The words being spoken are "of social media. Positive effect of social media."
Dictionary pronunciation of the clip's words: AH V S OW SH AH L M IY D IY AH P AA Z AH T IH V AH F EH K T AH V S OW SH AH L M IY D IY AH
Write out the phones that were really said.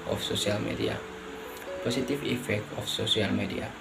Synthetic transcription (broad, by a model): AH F S OW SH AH L M IY D IY AH P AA S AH T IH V AH F EH K T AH F S OW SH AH L M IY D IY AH